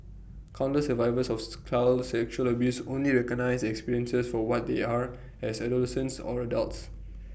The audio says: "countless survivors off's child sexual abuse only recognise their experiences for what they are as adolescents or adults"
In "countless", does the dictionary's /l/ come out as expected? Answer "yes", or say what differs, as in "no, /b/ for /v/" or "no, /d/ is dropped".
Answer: no, /l/ is dropped